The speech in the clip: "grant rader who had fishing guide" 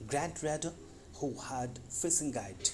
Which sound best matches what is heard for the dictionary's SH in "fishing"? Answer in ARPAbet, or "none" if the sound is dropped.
S